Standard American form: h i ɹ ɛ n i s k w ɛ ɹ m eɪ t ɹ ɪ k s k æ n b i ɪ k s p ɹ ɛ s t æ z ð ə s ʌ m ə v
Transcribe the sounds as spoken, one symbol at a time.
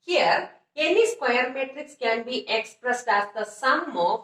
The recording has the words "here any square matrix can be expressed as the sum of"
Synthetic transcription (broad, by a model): h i ɹ ɛ n i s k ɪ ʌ ɹ m eɪ t ɹ ɪ k s k æ n b i ɪ k s p ɹ ɛ s t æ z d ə s ʌ m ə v